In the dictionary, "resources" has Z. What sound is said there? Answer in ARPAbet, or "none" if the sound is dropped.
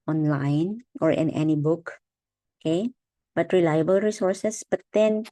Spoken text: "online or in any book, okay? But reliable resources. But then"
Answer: S